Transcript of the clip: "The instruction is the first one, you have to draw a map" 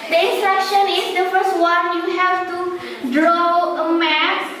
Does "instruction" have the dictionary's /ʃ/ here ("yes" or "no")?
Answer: yes